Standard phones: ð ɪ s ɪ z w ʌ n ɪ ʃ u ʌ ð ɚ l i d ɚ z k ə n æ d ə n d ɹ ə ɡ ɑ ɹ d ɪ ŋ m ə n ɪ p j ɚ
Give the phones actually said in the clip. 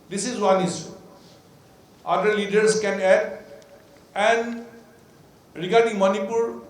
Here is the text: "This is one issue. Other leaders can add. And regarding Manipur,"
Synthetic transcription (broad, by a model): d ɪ s ɪ z w ʌ n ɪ s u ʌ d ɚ l i d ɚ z k ə n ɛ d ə n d ɹ ə ɡ ɑ ɹ d ɪ ŋ m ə n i p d